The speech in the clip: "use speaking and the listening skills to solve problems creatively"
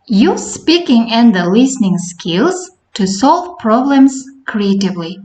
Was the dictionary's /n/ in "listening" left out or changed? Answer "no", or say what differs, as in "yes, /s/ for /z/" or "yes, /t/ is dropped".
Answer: no